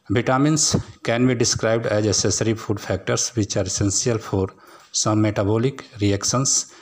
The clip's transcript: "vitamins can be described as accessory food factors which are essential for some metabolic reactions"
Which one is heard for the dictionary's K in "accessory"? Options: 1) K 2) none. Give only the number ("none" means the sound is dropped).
2